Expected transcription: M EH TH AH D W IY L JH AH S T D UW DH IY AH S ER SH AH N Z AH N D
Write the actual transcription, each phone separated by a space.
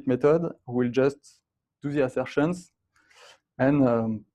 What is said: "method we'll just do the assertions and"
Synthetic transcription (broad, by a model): M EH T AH D W IY L JH AH S T D UW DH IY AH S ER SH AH N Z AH N